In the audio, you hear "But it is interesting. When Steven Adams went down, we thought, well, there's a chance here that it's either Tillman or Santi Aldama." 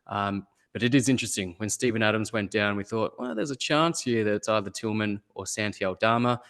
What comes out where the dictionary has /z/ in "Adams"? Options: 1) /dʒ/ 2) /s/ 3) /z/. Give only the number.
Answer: 3